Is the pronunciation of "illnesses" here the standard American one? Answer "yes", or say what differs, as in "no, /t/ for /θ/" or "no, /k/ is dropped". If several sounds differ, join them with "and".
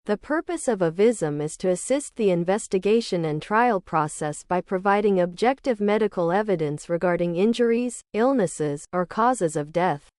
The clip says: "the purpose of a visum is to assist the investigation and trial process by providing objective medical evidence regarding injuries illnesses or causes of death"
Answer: yes